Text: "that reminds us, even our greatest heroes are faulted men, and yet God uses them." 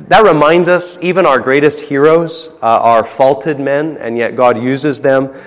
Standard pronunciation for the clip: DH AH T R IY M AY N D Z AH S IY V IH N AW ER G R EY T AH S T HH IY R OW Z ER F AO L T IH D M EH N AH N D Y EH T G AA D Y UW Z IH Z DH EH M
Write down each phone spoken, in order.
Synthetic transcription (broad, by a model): DH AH T R IY M AY N D Z AH S IY V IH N AW ER G R EY T AH S T HH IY R OW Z ER F AO L T IH D M EH N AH N Y EH T G AA D Y UW Z IH Z DH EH M